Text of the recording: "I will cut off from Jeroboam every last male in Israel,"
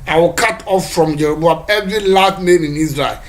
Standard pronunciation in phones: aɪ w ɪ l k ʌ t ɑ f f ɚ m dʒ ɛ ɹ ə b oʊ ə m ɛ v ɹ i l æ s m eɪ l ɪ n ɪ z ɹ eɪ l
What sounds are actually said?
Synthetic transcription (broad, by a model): aɪ w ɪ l k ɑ t ɑ f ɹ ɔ m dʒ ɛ ɹ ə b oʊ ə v ɛ v ɹ i l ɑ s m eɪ n ɪ n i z ɹ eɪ l